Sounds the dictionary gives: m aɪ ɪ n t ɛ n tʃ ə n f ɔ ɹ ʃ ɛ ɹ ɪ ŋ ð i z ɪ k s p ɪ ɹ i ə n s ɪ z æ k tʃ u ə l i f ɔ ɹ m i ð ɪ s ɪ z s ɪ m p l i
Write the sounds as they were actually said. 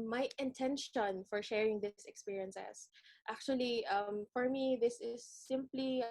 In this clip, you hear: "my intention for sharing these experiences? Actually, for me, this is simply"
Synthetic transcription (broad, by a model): m aɪ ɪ n t ɛ n ʃ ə n f ɔ ɹ ʃ ɛ ɹ ɪ ŋ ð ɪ s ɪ k s p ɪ ɹ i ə n s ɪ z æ k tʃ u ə l i f ɔ ɹ m i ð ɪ s ɪ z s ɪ m p l i